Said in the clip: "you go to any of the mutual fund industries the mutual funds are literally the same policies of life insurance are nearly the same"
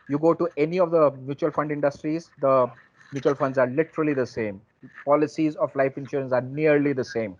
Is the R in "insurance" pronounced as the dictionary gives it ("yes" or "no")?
yes